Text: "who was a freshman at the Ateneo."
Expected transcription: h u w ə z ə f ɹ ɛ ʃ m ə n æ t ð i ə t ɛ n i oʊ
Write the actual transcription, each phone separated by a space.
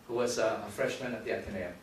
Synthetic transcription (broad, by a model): h u w ə z ə f ɹ ɛ ʃ m ə n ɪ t ð i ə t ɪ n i